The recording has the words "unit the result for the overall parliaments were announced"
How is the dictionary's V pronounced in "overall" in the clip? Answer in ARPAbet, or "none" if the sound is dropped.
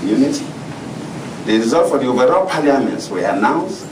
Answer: V